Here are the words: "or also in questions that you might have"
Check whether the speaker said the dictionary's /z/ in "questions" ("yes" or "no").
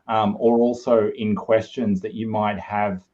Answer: yes